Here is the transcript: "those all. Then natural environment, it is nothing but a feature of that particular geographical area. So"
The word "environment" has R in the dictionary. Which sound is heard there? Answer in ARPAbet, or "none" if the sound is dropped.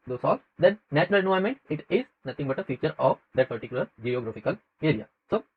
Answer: none